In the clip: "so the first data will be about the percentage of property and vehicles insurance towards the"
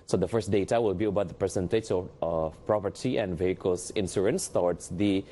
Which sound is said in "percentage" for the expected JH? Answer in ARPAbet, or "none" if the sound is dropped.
CH